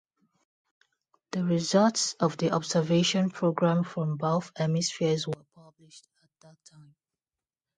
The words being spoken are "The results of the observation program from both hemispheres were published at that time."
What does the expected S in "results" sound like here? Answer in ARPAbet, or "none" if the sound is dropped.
S